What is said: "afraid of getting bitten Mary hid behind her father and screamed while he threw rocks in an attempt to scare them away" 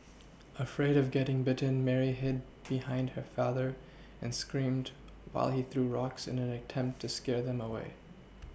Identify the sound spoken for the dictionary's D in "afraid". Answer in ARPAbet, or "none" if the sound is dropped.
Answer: D